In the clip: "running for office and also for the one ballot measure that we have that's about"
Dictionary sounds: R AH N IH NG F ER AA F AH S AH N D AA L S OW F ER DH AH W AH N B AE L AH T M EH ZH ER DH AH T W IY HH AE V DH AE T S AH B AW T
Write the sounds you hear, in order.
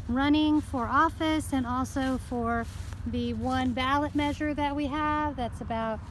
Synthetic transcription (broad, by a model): R AH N IH NG F ER AA F AH S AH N AA L S OW F ER DH AH W AH N B AE L AH T M EH ZH ER DH AH T W IY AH V DH AE T S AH B AW T